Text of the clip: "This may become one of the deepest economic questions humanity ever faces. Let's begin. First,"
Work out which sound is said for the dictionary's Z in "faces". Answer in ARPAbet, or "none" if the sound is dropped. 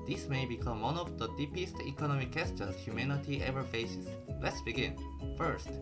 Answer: S